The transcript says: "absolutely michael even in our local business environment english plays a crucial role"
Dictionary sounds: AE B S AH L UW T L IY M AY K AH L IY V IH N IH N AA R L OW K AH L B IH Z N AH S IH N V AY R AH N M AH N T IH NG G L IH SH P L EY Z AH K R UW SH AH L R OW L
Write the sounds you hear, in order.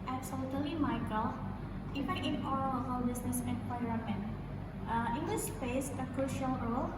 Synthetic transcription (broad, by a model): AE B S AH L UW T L IY M AY K AH L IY F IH IH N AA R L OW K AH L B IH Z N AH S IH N P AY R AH M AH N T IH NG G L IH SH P EY S AH K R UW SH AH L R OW L